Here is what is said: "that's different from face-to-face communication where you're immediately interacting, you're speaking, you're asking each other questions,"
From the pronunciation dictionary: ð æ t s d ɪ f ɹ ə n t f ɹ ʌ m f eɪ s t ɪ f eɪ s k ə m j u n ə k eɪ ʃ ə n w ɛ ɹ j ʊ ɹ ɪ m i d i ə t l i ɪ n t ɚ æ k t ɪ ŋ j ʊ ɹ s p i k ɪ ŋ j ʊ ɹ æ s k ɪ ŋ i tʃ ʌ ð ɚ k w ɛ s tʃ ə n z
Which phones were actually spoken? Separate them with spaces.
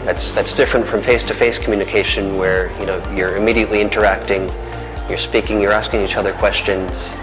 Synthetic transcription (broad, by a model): ð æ t s d ɪ f ɹ ə n t f ɹ ʌ m f eɪ s t ɪ f eɪ s k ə m j u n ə k eɪ ʃ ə n w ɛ ɹ j ʊ ɹ ɪ m i d i ə t l i ɪ n t ɚ æ k t ɪ ŋ j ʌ ɹ s p i k ɪ ŋ j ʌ ɹ æ s k ɪ ŋ i tʃ ʌ ð ɚ k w ɛ s tʃ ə n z